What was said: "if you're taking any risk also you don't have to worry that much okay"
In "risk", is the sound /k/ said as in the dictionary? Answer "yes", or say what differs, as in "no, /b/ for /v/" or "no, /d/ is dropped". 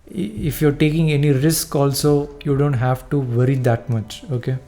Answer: yes